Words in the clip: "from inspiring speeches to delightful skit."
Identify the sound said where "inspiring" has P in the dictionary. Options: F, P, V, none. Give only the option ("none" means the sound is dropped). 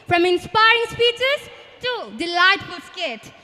P